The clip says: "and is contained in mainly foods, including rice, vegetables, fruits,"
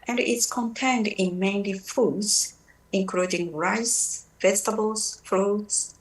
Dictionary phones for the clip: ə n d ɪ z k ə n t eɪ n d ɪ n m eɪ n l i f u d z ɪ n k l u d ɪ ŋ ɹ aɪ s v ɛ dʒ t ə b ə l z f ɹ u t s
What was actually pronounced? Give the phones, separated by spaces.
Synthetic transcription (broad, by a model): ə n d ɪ s k ə n t eɪ n d ɪ n m eɪ n l i f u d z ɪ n k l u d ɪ ŋ ɹ aɪ s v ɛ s t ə b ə l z f ɹ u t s